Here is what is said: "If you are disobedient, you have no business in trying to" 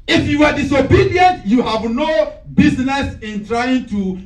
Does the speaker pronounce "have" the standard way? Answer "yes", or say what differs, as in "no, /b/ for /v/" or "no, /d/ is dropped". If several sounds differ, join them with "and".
yes